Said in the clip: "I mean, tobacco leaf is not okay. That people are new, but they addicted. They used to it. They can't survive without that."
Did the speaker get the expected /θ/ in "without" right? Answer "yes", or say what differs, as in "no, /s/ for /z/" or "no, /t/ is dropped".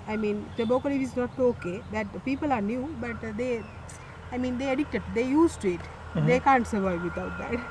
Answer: no, /t/ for /θ/